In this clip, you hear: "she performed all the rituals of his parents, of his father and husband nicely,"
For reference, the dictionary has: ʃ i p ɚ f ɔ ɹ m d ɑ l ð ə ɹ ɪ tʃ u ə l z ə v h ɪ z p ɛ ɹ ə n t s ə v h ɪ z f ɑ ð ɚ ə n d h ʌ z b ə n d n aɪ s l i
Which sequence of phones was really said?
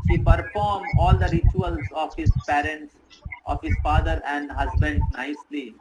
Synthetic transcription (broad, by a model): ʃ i p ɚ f ɔ ɹ m ɑ l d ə ɹ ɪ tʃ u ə l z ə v h ɪ z p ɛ ɹ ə n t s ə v h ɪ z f ɑ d ɚ ə n d h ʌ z b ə n d n aɪ s l i